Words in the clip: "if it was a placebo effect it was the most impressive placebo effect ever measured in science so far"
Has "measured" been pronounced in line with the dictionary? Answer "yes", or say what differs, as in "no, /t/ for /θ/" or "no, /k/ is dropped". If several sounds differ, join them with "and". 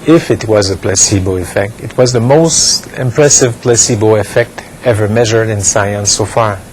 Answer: yes